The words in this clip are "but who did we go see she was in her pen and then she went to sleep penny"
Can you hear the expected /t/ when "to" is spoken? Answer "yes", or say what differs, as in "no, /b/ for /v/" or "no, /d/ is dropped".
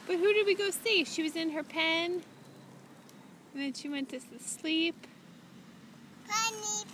no, /s/ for /t/